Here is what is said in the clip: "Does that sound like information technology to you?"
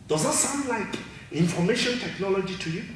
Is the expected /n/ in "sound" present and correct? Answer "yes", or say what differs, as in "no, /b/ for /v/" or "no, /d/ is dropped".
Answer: yes